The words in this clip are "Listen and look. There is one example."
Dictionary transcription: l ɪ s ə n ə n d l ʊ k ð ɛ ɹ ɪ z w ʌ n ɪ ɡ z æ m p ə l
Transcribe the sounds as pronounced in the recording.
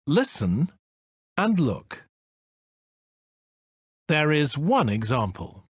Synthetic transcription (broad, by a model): l ɪ s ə n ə n l ʊ k ð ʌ ɹ ɪ z w ʌ n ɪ ɡ z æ m p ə l